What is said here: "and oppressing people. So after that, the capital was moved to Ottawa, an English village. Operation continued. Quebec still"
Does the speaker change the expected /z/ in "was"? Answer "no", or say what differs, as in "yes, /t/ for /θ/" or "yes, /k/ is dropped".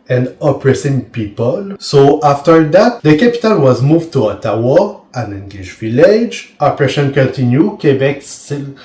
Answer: no